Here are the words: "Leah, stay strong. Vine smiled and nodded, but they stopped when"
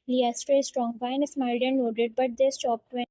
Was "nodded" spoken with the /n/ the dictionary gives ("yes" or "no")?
no